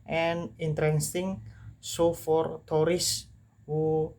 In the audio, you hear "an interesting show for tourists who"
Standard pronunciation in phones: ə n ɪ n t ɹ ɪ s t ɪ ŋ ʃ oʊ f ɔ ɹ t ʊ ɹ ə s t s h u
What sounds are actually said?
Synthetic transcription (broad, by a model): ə n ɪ n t ɹ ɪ s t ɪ ŋ s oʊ f ɔ ɹ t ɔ ɹ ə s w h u